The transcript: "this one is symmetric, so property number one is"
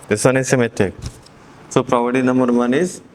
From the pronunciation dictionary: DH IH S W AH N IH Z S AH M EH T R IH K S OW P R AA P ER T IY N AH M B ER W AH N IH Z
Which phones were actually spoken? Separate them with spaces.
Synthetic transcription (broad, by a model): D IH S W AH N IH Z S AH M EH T IH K S OW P R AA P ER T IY N AH M B ER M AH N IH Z